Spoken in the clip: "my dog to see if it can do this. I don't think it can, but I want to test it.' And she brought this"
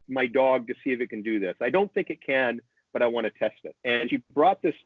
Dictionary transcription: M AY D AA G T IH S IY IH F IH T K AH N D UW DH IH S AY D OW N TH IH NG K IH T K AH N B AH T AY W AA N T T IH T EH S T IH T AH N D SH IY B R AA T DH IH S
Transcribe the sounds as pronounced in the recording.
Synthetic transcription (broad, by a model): M AY D AA G T IH S IY IH F IH T K AH N D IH DH IH S AY D OW N TH IH NG K IH T K AH N B AH T AY W AA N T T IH T EH S T IH T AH N SH IY B R AA T DH IH S